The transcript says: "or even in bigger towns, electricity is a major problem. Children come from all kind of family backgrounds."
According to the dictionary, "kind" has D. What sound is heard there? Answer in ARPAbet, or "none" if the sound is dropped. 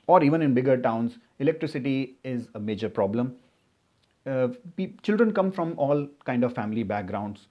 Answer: D